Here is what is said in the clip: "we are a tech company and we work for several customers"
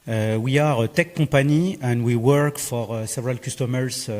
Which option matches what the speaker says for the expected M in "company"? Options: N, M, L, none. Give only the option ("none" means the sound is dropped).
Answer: none